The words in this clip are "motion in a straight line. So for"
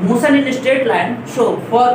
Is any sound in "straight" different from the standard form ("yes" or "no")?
yes